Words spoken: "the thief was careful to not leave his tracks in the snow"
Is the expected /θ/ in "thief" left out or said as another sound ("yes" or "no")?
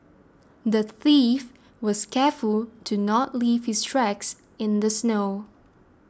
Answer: no